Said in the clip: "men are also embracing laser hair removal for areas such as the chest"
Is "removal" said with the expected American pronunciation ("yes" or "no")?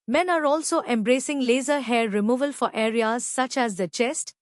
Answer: yes